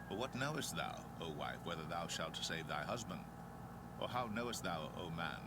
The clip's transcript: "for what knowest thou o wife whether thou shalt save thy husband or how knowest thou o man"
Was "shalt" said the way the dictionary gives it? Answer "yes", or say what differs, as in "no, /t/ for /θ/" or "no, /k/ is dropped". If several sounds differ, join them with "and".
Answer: yes